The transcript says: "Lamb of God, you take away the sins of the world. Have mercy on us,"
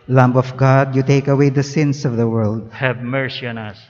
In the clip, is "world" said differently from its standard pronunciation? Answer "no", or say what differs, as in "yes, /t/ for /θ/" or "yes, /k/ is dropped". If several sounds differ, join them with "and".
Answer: no